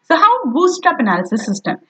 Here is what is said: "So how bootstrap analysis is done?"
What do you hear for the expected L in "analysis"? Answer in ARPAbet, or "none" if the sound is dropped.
L